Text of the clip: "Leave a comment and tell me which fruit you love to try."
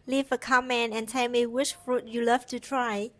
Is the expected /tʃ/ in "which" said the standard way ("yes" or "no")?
no